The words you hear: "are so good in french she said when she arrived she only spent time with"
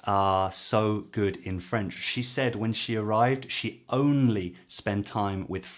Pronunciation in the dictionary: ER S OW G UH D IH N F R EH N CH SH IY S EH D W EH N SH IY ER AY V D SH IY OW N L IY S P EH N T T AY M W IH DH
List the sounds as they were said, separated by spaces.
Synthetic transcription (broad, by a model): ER S OW G UH D IH N F R EH N CH SH IY S EH D W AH N SH IY ER AY V D SH IY OW N L IY S P EH N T T AY M W IH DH